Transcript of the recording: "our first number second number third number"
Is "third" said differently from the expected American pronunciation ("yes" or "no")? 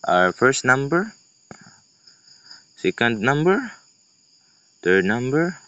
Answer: yes